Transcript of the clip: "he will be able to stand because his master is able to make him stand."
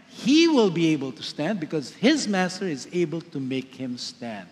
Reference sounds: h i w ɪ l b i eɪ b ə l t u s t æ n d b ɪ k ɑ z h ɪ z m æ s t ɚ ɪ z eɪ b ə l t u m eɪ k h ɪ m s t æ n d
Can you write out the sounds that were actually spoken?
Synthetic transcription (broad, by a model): h i w ɪ l b i eɪ b ə l t u s t æ n d b ɪ k ɑ z h ɪ z m æ s t ɚ ɪ z eɪ b ə l t u m eɪ k h ɪ m s t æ n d